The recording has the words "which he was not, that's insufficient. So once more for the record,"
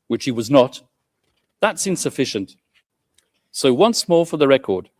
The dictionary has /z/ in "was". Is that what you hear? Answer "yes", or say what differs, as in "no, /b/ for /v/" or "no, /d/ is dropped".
yes